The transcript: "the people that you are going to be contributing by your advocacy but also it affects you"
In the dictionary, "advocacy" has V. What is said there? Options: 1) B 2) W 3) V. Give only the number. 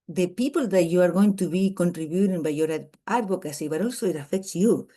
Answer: 1